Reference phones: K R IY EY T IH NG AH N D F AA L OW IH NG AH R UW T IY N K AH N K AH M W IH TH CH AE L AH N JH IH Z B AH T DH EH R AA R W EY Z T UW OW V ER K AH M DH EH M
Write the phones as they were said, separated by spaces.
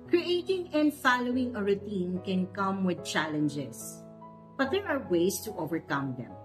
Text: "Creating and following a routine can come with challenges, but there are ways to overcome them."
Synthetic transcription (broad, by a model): K R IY EY T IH NG AH N D F AA L OW IH NG AH R UW T IY N K AH N K AH M W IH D CH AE L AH N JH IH S B AH T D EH R AA R W EY S T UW OW V ER K AH M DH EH M